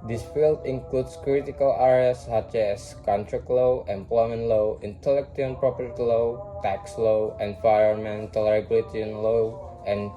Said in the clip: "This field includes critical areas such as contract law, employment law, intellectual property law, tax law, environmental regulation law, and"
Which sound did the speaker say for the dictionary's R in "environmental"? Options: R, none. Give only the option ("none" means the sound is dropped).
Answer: none